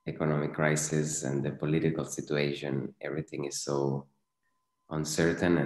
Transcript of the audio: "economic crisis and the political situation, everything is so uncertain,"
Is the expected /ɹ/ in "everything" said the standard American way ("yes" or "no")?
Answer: yes